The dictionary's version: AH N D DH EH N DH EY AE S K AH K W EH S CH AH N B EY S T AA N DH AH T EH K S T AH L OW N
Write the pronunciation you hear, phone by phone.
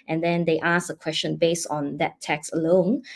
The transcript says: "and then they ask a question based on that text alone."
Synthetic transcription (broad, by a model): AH N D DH EH N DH EY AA S AH K W EH S CH AH N B EY S T AA N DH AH T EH K S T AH L OW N